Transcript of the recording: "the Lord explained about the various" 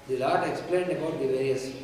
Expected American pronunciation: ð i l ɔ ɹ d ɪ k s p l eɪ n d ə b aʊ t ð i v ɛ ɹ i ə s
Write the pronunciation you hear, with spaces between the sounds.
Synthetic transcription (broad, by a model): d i l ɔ ɹ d ɪ k s p l eɪ n d ə b aʊ t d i v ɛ ɹ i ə s